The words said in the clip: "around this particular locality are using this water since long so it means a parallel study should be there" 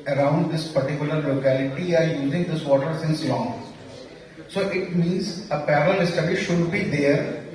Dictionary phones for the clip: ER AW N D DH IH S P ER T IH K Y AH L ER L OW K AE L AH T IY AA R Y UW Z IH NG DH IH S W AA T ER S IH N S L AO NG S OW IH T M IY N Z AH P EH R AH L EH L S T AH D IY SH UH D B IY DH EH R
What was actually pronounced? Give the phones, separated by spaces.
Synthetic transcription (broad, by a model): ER AW N D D IH S P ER T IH K Y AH L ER L OW K AE L AH T IY AA R Y UW Z IH NG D IH S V AA T ER S IH N S L AO NG S OW IH T M IY N Z AH P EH R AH L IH S T AH D IY SH UH D B IY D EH R